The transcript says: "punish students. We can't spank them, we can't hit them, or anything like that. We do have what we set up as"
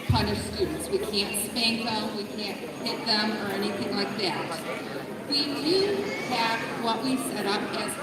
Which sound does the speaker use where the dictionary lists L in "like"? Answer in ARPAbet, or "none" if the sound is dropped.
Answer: L